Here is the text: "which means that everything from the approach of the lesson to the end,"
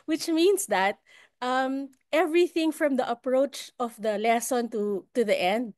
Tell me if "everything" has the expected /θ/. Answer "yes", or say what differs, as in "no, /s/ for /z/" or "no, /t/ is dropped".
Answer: yes